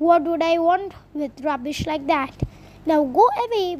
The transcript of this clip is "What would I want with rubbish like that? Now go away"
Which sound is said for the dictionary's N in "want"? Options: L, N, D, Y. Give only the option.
N